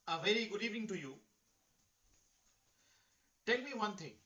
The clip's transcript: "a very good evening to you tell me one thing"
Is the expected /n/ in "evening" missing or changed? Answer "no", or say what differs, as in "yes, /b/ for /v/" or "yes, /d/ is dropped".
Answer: yes, /n/ is dropped